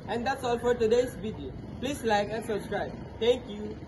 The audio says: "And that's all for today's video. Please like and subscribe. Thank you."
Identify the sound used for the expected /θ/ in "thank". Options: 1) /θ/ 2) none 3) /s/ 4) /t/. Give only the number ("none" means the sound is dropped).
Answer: 4